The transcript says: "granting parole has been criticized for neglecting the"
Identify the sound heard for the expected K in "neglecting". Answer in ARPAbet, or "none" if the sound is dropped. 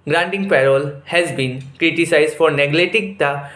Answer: none